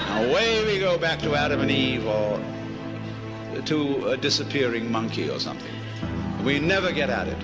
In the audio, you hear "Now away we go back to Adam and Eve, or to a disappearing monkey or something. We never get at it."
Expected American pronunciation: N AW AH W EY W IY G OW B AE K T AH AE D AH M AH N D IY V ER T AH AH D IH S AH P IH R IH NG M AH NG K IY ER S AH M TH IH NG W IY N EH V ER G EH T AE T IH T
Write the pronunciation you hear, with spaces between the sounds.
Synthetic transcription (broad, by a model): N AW AH W EY W IY G OW B AE K T AH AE D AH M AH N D IY V ER T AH AH D IH S AH P IH R IH NG M AH NG K IY ER S AH M TH IH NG W IY N EH V ER G EH T AE T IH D